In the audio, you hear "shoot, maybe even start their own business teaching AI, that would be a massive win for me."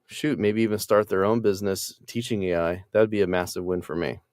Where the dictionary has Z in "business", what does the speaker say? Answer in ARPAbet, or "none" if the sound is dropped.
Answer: Z